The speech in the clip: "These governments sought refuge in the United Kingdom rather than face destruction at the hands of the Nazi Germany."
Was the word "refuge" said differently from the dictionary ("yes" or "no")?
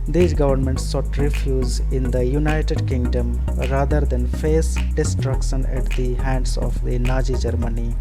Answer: yes